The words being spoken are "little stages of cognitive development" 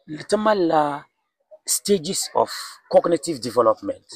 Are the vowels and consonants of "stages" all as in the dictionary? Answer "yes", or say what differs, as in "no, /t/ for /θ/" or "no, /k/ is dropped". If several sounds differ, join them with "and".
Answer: no, /s/ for /z/